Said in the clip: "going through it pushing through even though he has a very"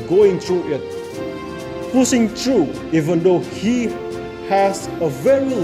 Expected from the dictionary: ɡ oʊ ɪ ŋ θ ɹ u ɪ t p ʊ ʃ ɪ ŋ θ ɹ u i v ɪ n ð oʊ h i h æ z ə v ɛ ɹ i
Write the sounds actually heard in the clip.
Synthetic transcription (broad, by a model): ɡ oʊ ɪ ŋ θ ɹ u ɪ t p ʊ s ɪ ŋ t ɹ u i v ɪ n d oʊ h i h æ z ə v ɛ ɹ i